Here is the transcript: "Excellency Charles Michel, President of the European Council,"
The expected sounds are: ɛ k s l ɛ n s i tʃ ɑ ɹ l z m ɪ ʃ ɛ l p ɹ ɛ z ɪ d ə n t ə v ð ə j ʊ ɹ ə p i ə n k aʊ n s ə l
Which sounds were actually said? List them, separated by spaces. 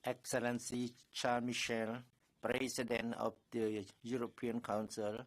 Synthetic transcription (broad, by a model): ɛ k s l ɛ n s i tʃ ɑ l m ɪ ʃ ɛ l p ɹ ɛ s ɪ d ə n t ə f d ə j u ɹ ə p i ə n k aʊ n s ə l